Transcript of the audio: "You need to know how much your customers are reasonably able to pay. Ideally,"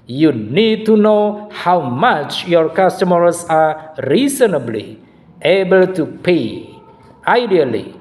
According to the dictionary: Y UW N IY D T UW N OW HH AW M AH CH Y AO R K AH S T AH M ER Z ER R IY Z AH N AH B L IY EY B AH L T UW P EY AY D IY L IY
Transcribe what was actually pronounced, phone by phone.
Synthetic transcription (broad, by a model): Y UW N IY D T UW N OW HH AW M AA CH Y AO R K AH S T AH M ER S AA R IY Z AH N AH B L IY EY B AH L T UW P EY AY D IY L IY